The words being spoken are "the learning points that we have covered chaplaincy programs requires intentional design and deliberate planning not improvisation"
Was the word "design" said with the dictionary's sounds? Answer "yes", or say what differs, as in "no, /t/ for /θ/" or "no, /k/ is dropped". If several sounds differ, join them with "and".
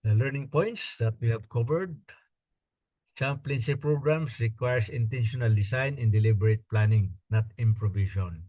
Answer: no, /s/ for /z/